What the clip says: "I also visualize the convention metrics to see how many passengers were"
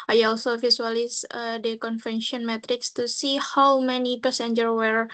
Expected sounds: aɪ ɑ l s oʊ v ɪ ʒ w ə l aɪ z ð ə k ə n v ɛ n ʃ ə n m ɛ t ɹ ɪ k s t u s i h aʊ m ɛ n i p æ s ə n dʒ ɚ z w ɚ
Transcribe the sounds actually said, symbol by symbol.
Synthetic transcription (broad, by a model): aɪ ɑ l s oʊ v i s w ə l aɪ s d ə k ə n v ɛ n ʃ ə n m ɛ t ɹ ɪ k s t u s i h aʊ m ɛ n i p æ s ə n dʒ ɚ w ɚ